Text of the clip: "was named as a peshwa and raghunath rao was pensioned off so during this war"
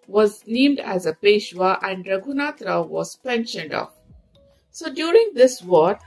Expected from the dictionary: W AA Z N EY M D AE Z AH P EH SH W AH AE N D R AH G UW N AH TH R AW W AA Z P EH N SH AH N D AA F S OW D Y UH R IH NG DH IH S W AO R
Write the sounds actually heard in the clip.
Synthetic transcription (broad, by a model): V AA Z N EY M D AE Z AH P EH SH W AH AE N D R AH G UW N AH T R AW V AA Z P EH N SH AH N D AA F S OW D Y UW R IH NG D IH S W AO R